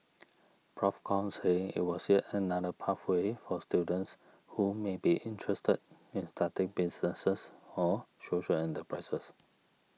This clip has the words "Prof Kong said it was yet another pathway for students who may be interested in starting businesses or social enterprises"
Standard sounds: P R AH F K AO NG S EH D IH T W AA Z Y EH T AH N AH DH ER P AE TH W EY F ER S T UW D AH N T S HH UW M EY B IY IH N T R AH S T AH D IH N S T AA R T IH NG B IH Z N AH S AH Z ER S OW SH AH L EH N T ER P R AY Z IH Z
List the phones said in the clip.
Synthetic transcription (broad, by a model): P R AH F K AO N S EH IH T W AA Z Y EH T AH N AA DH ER P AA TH W EY F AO S T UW D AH N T S HH UW M EY B IY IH N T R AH S T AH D IH N S T AA T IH NG B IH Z N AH S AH S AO S OW SH AH L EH N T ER P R AY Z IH S